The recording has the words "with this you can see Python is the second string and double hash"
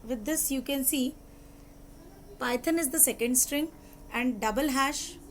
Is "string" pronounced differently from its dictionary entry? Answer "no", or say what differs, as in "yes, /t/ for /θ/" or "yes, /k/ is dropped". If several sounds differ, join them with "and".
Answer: no